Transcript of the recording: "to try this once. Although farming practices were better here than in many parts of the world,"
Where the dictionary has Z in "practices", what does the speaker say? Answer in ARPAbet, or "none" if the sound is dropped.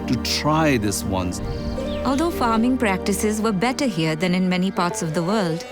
Z